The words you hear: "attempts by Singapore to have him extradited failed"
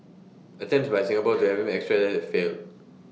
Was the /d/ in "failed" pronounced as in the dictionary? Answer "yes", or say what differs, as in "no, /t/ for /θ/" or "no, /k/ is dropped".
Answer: no, /d/ is dropped